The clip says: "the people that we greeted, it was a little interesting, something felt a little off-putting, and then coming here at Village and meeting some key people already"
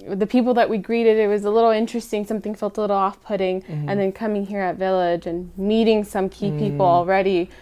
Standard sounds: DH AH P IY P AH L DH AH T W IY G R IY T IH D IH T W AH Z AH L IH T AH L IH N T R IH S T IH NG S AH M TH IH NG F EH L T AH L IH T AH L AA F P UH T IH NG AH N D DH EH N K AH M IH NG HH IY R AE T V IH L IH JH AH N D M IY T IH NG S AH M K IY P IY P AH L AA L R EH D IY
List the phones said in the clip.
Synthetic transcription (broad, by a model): DH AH P IY P L DH AH T W IY G R IY T IH D IH T W AH Z AH L IH T L IH N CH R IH S T IH NG S AH M TH IH NG F EH L T AH L IH T L AA F P UH T IH NG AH N DH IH N K AH M IH NG HH IY R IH T V IH L IH JH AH N M IY T IH NG S AH M K IY P IY P L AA L R EH D IY